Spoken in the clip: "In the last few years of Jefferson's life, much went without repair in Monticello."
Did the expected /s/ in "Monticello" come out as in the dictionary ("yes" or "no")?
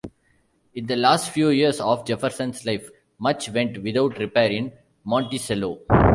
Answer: yes